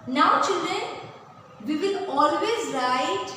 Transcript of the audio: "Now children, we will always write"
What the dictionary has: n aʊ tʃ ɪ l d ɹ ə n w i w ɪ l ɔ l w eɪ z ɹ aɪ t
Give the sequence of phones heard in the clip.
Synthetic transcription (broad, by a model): n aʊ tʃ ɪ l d ə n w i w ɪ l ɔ l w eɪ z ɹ aɪ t